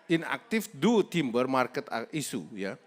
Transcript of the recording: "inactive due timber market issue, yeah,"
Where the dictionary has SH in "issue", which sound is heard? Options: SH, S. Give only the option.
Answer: S